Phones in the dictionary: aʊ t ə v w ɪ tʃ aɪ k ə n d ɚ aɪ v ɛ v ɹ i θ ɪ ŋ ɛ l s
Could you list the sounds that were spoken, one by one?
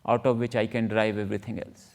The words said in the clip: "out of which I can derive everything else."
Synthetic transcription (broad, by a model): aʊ t ə v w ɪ tʃ aɪ k ə n d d aɪ v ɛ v ɹ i t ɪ ŋ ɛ l s